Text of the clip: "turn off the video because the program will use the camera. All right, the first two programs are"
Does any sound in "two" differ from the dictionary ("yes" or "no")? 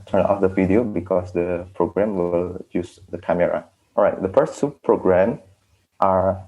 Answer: yes